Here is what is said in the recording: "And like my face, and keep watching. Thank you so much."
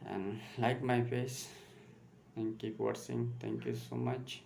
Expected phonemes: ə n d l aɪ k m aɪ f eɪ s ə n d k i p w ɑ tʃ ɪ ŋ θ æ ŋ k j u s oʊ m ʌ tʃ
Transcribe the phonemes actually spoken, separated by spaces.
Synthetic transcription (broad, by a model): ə n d l aɪ k m aɪ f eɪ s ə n k i p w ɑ s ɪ ŋ t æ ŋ k j u s oʊ m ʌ tʃ